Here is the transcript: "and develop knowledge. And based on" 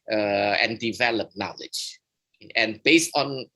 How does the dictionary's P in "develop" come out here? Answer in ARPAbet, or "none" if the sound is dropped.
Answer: P